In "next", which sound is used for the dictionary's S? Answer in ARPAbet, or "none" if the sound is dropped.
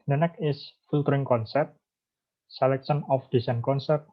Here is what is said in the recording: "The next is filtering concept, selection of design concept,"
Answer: none